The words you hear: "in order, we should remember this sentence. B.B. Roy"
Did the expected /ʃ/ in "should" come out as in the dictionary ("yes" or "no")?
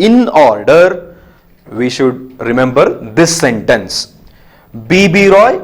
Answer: yes